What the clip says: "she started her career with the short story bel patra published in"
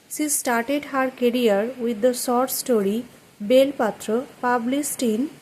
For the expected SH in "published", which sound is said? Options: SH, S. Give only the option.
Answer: S